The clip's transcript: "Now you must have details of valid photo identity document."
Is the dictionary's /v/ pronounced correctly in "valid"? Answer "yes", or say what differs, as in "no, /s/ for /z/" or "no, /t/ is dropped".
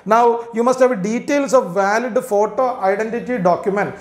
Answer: yes